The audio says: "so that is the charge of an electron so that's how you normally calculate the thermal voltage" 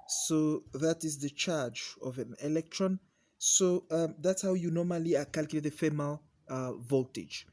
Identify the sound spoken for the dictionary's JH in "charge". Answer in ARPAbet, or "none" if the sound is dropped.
JH